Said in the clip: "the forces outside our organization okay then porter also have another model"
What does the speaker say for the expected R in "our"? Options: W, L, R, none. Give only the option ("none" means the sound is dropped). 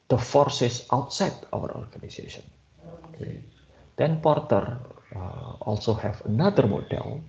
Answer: W